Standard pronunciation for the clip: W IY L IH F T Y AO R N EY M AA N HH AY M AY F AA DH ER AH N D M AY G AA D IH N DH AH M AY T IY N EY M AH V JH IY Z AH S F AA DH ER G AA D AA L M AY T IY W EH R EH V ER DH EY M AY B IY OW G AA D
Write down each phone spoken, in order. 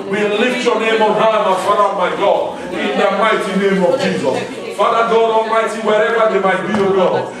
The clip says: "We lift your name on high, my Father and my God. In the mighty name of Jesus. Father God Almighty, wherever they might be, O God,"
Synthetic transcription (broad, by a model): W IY L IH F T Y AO N EY M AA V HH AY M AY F AA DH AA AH M AY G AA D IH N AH M AY T IY N EY M AH V JH IY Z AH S F AA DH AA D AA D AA M AY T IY W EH R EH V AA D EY M AY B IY OW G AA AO